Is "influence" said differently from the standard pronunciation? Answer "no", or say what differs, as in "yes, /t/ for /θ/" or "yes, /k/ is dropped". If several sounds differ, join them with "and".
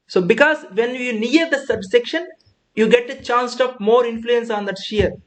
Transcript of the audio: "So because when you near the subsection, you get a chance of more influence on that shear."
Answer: no